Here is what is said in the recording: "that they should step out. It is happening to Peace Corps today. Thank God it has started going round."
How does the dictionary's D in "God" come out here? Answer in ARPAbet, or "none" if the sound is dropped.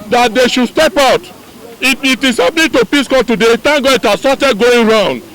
none